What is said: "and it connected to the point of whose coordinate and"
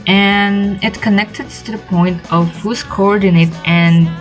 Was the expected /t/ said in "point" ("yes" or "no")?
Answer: yes